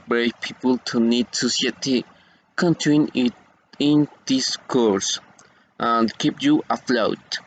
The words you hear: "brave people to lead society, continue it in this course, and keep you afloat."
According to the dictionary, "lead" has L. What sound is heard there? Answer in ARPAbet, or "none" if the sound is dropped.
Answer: N